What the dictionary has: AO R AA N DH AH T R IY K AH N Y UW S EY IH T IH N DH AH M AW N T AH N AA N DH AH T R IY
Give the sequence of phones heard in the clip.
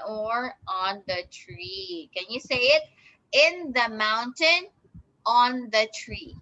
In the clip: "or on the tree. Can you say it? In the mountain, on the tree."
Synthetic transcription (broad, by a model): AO R AA N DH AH T R IY K AH N Y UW S EY IH T IH N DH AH M AW N T AH N AA N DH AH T R IY